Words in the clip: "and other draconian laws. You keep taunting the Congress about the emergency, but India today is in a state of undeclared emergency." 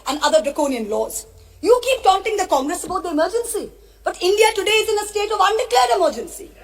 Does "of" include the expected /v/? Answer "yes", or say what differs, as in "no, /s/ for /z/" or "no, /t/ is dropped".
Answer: yes